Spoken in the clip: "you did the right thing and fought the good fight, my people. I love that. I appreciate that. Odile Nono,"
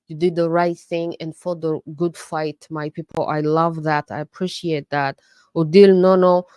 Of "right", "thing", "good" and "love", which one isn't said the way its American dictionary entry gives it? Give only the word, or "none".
none